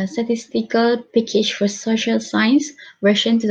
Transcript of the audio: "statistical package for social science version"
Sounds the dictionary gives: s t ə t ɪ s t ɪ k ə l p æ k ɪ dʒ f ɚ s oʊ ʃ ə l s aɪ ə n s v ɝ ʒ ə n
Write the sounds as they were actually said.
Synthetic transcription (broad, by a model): s t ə t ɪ s t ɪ k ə l p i k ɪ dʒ f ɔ s oʊ ʃ ə l s aɪ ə n s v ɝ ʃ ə n